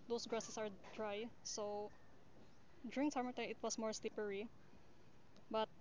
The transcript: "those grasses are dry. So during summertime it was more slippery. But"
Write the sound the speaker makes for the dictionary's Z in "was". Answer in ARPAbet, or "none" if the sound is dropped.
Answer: S